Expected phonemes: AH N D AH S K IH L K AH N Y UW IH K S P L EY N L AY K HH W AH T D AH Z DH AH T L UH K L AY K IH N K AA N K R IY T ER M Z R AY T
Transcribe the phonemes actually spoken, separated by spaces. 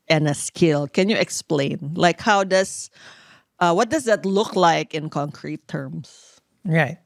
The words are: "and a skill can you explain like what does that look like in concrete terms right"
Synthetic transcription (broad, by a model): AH N AH S K IH L K AH N Y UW IH K S P L EY N L AY K HH W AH T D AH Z DH AH T L UH K L AY K IH N K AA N K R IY T ER M S R AY T